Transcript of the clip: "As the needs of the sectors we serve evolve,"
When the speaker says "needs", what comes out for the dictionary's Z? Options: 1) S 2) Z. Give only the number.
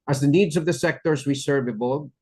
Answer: 2